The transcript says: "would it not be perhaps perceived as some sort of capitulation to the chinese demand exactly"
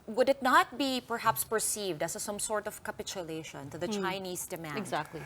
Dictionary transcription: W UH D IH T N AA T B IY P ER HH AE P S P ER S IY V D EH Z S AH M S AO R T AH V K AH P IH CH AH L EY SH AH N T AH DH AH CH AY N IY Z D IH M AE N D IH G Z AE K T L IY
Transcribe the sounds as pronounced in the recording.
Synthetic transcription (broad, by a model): W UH D IH T N AA T B IY P ER HH AE P S P ER S IY V D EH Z S AH M S AO R T AH V K AH P IH CH AH L EY SH AH N T AH DH AH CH AY N IY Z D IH M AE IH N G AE K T L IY